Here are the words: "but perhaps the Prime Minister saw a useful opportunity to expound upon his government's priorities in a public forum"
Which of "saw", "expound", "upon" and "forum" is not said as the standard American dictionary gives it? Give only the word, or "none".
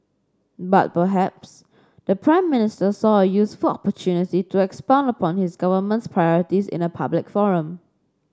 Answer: none